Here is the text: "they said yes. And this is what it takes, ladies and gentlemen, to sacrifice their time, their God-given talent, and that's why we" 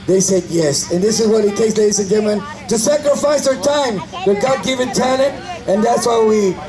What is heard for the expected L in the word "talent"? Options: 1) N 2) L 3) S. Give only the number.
1